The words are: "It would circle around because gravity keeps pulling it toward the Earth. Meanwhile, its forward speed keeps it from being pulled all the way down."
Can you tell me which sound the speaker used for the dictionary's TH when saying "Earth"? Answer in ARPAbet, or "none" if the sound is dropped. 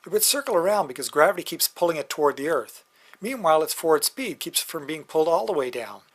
TH